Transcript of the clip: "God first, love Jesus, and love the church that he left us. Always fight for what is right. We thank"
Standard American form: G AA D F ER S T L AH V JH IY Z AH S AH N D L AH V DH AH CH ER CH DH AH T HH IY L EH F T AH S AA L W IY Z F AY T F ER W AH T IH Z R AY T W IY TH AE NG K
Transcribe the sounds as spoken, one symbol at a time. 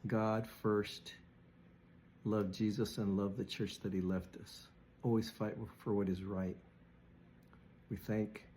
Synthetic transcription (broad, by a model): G AA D F ER S T L AH V JH IY Z AH S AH N L AH V DH AH CH ER CH DH AH T HH IY L EH F T AH S AA L W IY Z F AY T F ER W AH T IH Z R AY T W IY TH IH NG K